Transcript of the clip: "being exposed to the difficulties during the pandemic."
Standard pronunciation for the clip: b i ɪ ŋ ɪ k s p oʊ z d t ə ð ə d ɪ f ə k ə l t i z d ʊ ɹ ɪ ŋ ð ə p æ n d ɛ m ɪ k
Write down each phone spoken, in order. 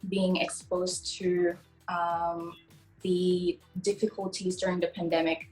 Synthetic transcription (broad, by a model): b i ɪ ŋ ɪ k s p oʊ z t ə ð ə d ɪ f ə k ə l t i z d ʊ ɹ ɪ ŋ ð ə p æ n d ɛ m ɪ k